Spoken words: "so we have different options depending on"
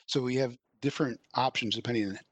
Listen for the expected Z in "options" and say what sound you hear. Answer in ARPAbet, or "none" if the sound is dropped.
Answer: Z